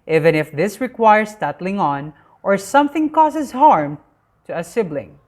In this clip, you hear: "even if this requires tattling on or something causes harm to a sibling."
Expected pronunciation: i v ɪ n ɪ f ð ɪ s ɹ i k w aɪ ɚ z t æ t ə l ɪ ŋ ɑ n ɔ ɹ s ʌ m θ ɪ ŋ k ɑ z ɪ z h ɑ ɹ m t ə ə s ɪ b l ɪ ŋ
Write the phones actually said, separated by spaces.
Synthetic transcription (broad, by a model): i v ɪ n ɪ f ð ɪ s ɹ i k w aɪ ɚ s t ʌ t l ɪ ŋ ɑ n ɔ ɹ s ʌ m θ ɪ ŋ k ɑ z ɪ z h ɑ ɹ m t ə ə s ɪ b l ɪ ŋ